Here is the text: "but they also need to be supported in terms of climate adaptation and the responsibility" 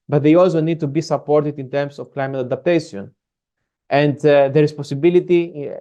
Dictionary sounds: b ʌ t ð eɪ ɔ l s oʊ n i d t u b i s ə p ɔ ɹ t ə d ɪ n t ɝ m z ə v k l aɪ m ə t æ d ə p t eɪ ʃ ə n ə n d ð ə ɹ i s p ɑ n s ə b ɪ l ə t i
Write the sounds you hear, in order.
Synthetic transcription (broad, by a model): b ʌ t ð eɪ ɔ l s oʊ n i d t u b i s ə p ɔ ɹ t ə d ɪ n t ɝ m s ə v k l aɪ m ə t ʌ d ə p t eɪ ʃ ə n ə n d ð ə ɹ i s p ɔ s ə b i l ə t i